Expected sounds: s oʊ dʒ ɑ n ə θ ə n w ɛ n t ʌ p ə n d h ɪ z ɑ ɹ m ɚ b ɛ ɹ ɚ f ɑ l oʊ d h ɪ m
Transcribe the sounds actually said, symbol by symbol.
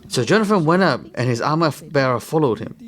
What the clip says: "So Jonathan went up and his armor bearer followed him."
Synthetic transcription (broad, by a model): s oʊ dʒ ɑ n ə f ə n w ɛ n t ʌ p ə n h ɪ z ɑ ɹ m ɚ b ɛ ɹ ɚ f ɑ l oʊ d h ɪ m